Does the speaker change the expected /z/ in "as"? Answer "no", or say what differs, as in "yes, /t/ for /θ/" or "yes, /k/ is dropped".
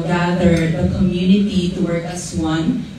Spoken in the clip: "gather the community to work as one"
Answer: yes, /s/ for /z/